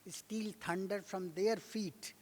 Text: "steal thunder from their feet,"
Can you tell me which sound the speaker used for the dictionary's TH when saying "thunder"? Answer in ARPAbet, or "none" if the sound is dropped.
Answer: T